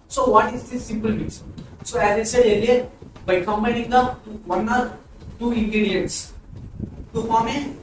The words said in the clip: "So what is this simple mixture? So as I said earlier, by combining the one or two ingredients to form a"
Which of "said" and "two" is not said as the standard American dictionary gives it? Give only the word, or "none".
said